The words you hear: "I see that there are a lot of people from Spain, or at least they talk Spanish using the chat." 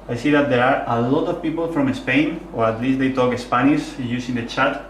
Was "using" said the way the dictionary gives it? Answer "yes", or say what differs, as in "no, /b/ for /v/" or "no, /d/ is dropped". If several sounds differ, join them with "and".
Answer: no, /s/ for /z/